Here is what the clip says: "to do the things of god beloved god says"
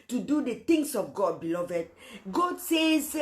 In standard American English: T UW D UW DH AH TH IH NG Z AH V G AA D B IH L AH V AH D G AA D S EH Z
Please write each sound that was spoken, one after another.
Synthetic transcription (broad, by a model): T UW D UW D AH T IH NG S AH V G AA D B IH L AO V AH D G AA D S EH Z